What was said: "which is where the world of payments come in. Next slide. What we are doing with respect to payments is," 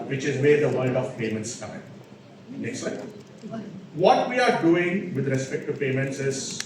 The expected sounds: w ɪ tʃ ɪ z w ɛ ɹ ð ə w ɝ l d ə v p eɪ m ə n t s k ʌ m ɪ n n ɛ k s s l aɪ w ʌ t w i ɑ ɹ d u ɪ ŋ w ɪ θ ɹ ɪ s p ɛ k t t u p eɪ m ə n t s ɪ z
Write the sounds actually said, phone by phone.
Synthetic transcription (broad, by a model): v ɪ tʃ ɪ z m ɛ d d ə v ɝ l d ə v p eɪ m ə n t s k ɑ ɪ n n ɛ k s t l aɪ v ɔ t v i ɑ ɹ d u ɪ ŋ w ɪ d ɹ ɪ s p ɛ k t t u p eɪ m ə n t s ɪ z